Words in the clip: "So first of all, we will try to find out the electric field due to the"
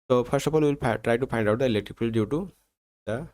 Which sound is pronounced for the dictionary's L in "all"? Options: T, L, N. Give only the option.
N